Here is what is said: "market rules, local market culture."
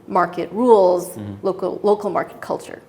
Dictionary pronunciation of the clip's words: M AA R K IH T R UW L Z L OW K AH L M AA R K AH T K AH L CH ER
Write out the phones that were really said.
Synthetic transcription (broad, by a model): M AA R K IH T R UW L Z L OW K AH L M AA R K AH T K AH L CH ER